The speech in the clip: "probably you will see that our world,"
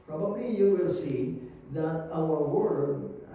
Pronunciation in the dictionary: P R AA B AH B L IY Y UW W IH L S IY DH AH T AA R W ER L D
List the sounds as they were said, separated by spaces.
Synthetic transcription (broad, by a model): P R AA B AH B L IY Y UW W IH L S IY DH AH T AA L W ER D